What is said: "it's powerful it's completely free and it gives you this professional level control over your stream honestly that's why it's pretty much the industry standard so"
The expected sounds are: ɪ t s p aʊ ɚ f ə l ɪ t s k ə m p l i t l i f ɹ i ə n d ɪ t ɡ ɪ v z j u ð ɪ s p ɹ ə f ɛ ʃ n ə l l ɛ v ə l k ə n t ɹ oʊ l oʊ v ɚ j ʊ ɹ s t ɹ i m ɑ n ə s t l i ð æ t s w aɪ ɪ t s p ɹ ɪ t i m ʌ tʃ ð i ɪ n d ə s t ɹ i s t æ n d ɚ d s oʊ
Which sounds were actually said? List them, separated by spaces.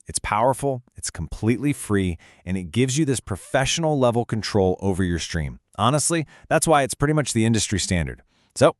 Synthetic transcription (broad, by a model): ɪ t s p aʊ ɚ f l ɪ t s k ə m p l i t l i f ɹ i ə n ɪ t ɡ ɪ v z j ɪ ð ɪ s p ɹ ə f ɛ ʃ n l l ɛ v l k n t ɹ oʊ l oʊ v ɚ j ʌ ɹ s t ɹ i m ɑ n ə s t l i ð æ t s w aɪ ɪ t s p ɹ ɪ t i m ʌ tʃ ð i ɪ n d ə s t ɹ i s t æ n d ɚ d s oʊ